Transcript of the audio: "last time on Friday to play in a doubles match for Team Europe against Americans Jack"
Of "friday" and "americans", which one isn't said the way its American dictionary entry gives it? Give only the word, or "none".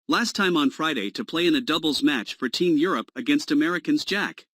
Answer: none